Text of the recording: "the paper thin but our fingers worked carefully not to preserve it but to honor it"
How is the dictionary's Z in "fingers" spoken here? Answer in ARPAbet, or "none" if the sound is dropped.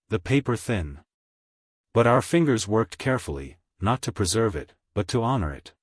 Z